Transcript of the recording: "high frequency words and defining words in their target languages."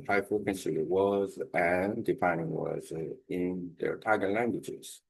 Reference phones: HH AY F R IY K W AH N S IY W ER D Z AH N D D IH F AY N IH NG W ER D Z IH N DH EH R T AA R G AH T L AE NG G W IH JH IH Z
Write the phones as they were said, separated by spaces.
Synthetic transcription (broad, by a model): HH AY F AH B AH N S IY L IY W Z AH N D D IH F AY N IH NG W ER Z IH N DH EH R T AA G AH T L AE NG G W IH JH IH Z